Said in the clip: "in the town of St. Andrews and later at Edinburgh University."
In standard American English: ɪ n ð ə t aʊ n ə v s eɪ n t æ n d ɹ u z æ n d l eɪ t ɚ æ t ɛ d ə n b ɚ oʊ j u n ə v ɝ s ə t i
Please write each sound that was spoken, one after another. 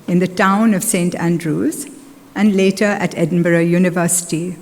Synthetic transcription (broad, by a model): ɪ n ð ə t aʊ n ə v s eɪ n t æ n d ɹ u z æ n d l eɪ t ɚ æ t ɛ d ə n b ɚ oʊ j u n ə v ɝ s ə t i